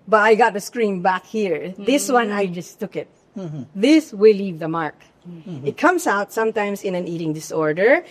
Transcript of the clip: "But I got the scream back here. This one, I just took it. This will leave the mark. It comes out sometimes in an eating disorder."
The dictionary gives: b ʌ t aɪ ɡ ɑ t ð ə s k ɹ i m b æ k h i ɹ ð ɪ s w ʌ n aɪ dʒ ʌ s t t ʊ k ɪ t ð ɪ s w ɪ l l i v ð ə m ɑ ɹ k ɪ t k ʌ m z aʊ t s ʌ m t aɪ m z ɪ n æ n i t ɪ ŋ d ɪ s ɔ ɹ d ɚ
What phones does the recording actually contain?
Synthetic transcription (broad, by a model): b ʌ t aɪ ɡ ɑ t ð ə s k ɹ i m b æ k h i ɹ ð ɪ s w ʌ n aɪ dʒ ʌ s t t ʊ k ɪ t ð ɪ s w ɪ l l i v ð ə m ɑ ɹ k ɪ t k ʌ m s aʊ t s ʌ m t aɪ m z ɪ n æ n i t ɪ ŋ d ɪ s ɔ ɹ d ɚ